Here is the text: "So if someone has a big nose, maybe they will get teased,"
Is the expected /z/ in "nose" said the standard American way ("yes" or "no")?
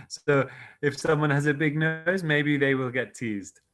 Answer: yes